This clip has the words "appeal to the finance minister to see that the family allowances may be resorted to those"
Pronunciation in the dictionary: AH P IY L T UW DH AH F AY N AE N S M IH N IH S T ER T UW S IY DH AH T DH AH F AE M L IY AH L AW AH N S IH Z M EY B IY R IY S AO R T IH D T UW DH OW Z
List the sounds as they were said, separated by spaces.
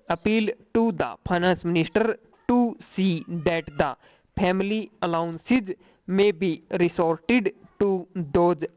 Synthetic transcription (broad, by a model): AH P IY L T UW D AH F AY N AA N S M IH N IH S T ER T UW S IY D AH T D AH P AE M L IY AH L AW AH N S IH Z M EY B IY R IY S AO R T IH D T UW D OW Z